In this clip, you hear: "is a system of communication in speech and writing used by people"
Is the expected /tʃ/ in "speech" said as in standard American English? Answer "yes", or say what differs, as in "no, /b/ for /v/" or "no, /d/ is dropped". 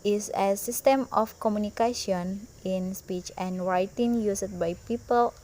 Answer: yes